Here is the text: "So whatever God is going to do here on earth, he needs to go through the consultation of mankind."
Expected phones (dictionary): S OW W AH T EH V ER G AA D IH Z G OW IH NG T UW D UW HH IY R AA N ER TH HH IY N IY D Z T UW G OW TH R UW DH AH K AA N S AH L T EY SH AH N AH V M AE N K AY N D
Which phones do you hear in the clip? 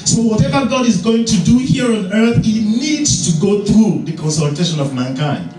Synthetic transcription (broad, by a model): S OW W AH T EH V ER G AA D IH Z G OW IH NG T UW D UW HH IY R AA N ER TH HH IY N IY D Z T UW G OW TH R UW DH AH K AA N S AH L T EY SH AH N AH V M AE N K AY N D